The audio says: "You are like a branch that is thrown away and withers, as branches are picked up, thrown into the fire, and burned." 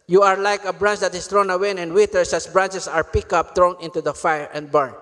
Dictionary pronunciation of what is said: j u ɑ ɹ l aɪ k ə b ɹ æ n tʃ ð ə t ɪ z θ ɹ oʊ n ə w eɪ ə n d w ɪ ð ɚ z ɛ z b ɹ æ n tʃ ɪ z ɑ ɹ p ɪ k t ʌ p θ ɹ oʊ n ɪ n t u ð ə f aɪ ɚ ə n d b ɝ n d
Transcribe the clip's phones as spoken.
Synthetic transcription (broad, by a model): j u ɑ ɹ l aɪ k ə b ɹ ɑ n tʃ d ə t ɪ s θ ɹ oʊ n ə w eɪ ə n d w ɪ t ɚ s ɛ s b ɹ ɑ n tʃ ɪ s ɑ ɹ p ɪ k ʌ p t ɹ oʊ n ɪ n t u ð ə f aɪ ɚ ə n d b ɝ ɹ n